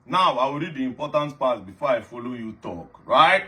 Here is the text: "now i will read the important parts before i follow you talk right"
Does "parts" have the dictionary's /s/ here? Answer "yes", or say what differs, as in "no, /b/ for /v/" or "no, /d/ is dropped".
no, /s/ is dropped